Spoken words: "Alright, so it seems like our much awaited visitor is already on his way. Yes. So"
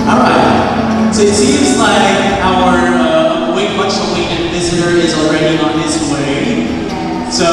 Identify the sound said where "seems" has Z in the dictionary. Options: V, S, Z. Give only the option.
Z